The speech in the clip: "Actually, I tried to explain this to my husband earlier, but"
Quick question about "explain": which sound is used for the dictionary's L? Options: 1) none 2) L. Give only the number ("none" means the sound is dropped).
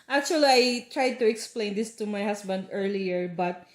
2